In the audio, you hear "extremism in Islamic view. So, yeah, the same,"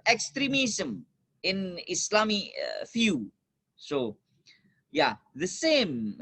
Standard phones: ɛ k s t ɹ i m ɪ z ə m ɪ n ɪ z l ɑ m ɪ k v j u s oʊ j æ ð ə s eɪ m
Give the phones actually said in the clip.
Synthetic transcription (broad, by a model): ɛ k s t ɹ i m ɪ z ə m ɪ n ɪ s l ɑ m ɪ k f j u s oʊ j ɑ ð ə s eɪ m